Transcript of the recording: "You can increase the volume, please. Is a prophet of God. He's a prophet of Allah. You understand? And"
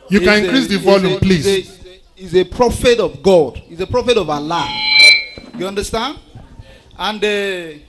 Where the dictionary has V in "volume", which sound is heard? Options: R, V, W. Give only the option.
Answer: V